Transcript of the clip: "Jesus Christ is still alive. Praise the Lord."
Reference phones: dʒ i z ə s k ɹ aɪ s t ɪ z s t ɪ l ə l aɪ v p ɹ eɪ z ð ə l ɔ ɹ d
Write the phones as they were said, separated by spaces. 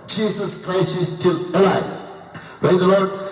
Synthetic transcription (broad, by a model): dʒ i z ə s k ɹ aɪ s t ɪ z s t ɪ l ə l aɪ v p ɹ eɪ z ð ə l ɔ ɹ d